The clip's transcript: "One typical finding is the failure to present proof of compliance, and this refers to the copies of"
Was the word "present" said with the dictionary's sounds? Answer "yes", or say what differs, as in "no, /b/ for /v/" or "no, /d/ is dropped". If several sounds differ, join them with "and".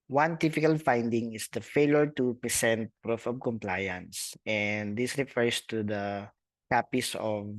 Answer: no, /ɹ/ is dropped and /s/ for /z/